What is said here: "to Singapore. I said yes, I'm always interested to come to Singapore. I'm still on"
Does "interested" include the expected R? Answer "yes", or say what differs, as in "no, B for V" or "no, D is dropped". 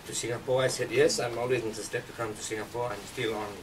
no, R is dropped